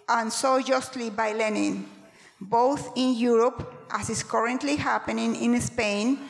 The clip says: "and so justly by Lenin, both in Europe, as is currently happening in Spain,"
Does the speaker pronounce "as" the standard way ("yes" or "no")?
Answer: no